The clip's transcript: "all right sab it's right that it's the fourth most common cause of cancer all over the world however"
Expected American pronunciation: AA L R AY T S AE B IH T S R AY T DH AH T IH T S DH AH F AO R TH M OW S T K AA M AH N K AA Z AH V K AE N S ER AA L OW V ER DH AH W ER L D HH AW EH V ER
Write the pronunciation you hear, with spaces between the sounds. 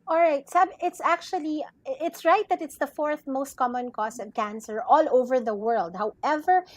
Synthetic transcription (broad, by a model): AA L R AY T S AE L IH T S R AY T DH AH T IH T S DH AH F AO R TH M OW S T K AA M AH N K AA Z AH V K AE N S ER AA L OW V ER DH AH W ER L D HH AW EH V ER